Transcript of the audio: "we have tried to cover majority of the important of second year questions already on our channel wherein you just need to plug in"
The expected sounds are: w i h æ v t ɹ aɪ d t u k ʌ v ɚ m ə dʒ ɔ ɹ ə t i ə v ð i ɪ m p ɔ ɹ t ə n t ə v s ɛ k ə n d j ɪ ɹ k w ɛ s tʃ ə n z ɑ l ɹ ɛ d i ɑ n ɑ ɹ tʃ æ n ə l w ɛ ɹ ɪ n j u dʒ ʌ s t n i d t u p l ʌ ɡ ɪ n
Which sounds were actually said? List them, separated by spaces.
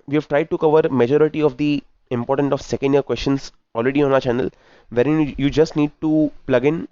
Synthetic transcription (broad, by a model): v i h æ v t ɹ aɪ d t u k ʌ v ɚ m ə dʒ ɔ ɹ ə t i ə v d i ɪ m p ɔ ɹ t ə n t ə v s ɛ k ə n d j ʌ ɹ k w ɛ s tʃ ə n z ɑ l ɹ ɛ d i ɑ n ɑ tʃ æ n ə l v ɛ ɹ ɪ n j u dʒ ʌ s t n i d t u p l ʌ ɡ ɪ n